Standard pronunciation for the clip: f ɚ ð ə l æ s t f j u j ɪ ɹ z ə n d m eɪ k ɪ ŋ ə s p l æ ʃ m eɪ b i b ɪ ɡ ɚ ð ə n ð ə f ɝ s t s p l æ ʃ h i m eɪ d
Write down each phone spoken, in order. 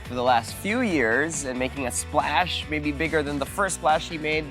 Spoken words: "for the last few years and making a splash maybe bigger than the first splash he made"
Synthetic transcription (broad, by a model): f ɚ ð ə l æ s t f j u j ɪ ɹ z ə n m eɪ k ɪ ŋ ə s p l æ ʃ m eɪ b i b ɪ ɡ ɚ ð ə n ð ə f ɝ s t s p l æ ʃ h i m eɪ d